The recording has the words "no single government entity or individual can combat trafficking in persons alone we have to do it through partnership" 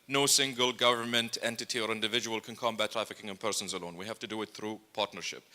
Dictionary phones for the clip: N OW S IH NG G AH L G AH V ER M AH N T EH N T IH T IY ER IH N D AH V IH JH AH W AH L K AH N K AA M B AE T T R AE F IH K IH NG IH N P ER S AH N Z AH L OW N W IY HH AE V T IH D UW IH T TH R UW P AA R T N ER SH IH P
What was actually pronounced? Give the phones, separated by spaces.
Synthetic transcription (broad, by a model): N OW S IH NG G AH L G AH V ER M AH N T EH N T IH T IY ER IH N D AH V IH JH AH W AH L K AH N K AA M B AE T T R AE F IH K IH NG IH N P ER S AH N Z AH L OW N W IY HH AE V T IH D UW IH T TH R UW P AA R T N ER SH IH P